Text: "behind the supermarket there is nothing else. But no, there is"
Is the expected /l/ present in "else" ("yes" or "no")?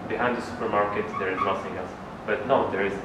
no